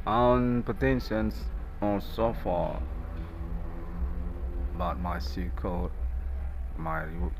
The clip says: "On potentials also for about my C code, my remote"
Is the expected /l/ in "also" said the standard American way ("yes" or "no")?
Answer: no